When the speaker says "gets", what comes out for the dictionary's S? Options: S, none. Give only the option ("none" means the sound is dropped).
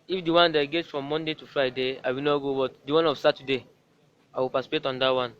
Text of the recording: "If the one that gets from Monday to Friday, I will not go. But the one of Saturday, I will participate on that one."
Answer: none